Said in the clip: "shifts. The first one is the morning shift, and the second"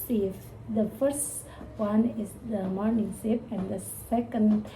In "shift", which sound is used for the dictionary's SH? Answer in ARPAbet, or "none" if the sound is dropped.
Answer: S